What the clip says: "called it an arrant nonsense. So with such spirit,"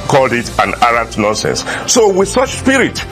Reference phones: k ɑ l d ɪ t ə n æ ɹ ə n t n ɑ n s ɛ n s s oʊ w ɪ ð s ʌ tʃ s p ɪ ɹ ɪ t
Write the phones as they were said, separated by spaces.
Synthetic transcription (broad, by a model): k ɑ l d ɪ t ə n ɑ ɹ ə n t n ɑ n s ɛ n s s oʊ w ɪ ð s ʌ tʃ s p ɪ ɹ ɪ t